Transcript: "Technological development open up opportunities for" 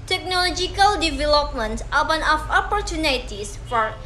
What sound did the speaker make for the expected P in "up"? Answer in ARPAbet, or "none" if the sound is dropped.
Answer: F